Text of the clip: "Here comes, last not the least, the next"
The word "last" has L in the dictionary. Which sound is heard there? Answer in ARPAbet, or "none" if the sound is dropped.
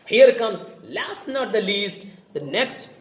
L